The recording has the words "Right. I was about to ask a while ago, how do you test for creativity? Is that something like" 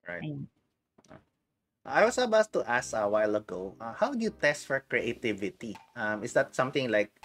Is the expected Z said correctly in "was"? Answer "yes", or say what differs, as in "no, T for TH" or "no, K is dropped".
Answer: no, S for Z